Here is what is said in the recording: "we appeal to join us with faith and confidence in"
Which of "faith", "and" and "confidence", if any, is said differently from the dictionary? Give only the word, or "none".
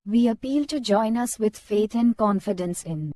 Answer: faith